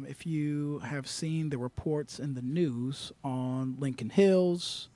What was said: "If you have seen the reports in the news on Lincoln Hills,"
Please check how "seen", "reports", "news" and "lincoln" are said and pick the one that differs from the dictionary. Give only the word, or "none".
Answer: none